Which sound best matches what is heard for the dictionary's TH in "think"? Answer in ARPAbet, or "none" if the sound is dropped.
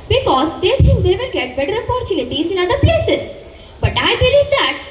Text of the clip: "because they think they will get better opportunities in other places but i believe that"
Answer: T